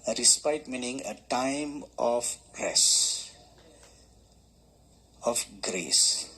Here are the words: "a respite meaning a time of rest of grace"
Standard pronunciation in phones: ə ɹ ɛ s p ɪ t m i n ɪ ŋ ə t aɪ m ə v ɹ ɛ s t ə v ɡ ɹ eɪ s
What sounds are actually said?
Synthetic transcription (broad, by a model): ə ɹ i s p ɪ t m i n ɪ ŋ ə t aɪ m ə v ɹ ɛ s ə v ɡ ɹ eɪ s